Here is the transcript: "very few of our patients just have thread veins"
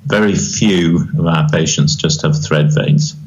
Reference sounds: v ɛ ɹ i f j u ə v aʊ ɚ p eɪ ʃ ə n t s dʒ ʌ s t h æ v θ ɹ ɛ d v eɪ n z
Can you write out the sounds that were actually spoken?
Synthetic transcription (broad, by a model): v ɛ ɹ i f j u ə v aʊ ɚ p eɪ ʃ ə n t s dʒ ʌ s t h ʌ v θ ɹ ɛ d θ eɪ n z